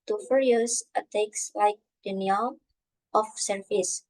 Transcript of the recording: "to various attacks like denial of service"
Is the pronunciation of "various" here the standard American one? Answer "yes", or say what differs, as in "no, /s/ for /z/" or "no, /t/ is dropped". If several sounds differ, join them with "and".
no, /f/ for /v/